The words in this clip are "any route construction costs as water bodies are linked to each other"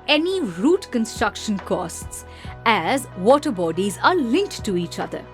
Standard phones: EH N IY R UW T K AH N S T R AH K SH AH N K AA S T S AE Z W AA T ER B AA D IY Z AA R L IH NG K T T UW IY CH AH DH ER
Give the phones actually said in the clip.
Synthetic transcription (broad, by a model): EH N IY R UW T K AH N S T R AH K SH AH N K AA S T S AE Z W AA T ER B AA D IY Z AA R L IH NG K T T UW IY CH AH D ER